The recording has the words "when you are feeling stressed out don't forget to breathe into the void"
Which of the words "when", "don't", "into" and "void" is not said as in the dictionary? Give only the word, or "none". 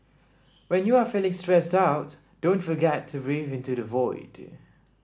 none